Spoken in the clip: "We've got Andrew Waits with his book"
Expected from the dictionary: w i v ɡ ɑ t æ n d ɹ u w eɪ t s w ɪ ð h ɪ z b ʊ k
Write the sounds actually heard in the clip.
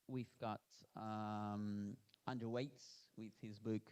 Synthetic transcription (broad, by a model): w i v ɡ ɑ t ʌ n d u w eɪ t s w ɪ ð h ɪ z b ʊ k